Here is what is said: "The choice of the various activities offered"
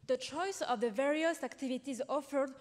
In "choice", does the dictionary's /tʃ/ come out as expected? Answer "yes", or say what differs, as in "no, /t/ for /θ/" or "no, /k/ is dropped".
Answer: yes